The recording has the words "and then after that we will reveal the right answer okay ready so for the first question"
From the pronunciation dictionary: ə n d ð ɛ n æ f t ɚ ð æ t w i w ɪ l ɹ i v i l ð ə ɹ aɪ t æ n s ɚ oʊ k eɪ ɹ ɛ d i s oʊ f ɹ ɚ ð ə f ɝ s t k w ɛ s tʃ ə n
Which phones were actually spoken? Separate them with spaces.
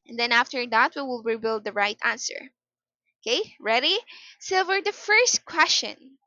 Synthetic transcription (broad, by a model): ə n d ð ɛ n æ f t ɚ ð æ t w i w ɪ l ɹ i b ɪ l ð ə ɹ aɪ t æ n s ɚ oʊ k eɪ ɹ ɛ d i s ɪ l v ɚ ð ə f ɝ s t k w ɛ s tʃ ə n